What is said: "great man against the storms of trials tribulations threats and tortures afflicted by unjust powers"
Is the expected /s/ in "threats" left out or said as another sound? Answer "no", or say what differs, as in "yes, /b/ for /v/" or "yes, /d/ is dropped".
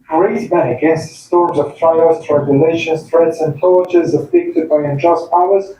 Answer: no